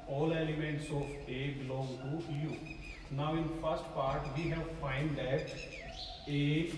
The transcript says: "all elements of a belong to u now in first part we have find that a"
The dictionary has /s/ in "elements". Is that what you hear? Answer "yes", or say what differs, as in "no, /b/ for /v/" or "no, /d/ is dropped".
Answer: yes